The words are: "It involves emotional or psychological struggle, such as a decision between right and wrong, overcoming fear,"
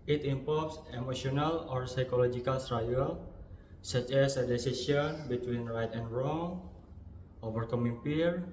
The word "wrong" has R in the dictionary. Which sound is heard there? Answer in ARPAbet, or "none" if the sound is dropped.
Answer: R